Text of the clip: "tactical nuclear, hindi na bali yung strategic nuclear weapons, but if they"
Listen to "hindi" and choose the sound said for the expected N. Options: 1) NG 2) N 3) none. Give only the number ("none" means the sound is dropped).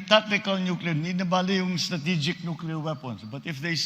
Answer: 3